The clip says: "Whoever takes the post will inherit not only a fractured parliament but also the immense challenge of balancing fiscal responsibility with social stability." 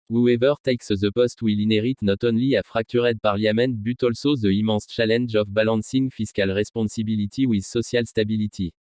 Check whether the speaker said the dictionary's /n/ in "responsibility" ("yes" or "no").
no